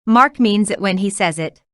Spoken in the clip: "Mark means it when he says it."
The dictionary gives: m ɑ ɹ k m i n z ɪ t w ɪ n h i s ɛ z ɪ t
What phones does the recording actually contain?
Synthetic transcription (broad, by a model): m ɑ ɹ k m i n z ɪ t w ɪ n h i s ɛ z ɪ t